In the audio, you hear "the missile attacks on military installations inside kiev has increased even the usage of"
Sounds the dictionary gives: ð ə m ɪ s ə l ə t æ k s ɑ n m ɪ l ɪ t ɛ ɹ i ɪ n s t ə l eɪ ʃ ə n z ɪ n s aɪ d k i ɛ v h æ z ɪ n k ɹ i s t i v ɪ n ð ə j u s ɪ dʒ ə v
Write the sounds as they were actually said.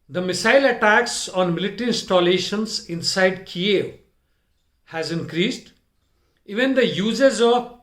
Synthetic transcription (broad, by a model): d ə m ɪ s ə l ə t æ k s ɑ n m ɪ l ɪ t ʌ ɹ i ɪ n s t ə l eɪ ʃ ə n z ɪ n s aɪ d k i ɛ v h æ z ɪ n k ɹ i s t i v ɪ n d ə j u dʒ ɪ z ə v